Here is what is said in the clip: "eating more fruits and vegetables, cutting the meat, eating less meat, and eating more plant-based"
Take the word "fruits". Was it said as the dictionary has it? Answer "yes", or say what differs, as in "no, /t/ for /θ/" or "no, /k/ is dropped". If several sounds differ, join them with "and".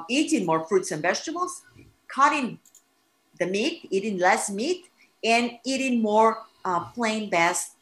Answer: yes